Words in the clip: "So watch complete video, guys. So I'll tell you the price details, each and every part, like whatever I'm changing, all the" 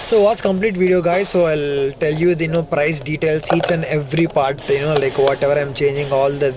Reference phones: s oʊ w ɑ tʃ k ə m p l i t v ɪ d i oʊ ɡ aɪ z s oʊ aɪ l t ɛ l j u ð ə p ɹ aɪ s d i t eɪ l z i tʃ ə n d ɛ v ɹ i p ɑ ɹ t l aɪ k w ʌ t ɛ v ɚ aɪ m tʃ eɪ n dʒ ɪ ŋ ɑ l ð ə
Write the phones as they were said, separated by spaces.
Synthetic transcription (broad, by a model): s oʊ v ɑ s k ə m p l i t v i d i oʊ ɡ aɪ z s oʊ aɪ l t ɛ l j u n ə p ɹ aɪ s d i t eɪ l s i s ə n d ɛ v ɹ i p ɑ ɹ t l aɪ k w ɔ t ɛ v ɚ aɪ m tʃ eɪ n dʒ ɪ ŋ ɑ l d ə